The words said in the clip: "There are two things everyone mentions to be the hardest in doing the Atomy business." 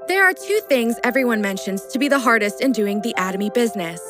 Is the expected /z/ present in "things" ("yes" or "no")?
yes